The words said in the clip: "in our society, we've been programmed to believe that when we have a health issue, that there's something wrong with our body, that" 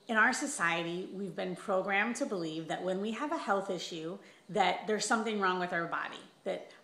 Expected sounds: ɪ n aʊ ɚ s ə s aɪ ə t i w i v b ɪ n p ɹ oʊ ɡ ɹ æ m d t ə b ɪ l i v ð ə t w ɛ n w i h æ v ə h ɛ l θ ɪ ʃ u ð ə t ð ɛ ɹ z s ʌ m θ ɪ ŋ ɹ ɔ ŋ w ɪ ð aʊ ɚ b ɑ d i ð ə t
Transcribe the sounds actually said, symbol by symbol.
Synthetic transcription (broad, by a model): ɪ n aʊ ɚ s ə s aɪ ə t i w i v b ɪ n p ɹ oʊ ɡ ɹ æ m t ə b ɪ l i v ð ə t w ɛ n w i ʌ v ə h ɛ l θ ɪ ʃ u ð ə t ð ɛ ɹ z s ʌ m θ ɪ ŋ ɹ ɔ ŋ w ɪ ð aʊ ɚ b ɑ d i ð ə t